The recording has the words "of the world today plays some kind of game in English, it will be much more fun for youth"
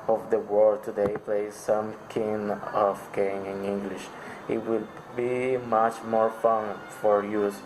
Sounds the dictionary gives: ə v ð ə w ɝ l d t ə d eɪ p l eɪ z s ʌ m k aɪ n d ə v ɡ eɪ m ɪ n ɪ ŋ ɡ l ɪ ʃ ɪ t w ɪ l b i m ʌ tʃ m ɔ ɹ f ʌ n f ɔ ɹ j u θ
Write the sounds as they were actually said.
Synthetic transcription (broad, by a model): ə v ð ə w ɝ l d t ə d eɪ p l eɪ z s ʌ m k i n ə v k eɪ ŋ ɪ n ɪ ŋ ɡ l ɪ ʃ ɪ t w ɪ l b i m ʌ tʃ m ɔ ɹ f ʌ n f ɔ ɹ j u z